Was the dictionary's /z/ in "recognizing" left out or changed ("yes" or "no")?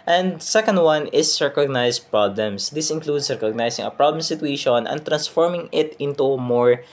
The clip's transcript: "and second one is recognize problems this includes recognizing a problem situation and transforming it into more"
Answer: yes